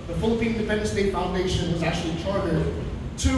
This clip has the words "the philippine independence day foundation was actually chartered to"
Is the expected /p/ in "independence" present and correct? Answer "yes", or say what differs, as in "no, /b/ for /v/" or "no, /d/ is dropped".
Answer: no, /f/ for /p/